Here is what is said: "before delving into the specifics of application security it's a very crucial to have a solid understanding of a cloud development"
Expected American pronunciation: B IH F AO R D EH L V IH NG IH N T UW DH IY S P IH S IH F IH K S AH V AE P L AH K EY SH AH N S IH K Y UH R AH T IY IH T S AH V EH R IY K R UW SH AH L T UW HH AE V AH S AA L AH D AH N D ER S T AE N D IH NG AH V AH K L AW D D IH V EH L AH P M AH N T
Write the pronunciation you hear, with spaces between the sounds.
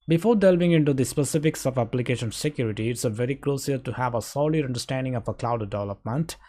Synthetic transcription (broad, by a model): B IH F AO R D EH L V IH NG IH N T UW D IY S P IH S IH F IH K S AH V AE P L AH K EY SH AH N S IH K Y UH R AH T IY IH T S AH V EH R IY K L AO S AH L T UW HH AE V AH S AA L AH D AH N D ER S T AE N D IH NG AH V AH K L AW D D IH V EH L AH P M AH N T